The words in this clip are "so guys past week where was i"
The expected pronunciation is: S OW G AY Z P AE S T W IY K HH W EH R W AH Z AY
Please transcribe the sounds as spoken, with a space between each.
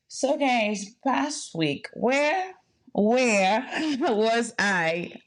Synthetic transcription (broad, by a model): S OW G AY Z P AE S T W IY K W W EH R W AH Z AY